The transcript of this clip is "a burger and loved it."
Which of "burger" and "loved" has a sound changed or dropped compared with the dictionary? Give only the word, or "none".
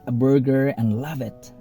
loved